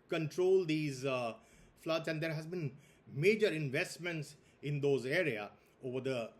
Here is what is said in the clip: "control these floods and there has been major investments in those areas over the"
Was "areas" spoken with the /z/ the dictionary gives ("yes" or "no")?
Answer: no